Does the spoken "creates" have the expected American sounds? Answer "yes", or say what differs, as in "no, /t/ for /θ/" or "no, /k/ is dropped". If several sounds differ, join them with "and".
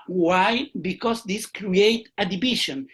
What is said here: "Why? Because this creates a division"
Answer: no, /s/ is dropped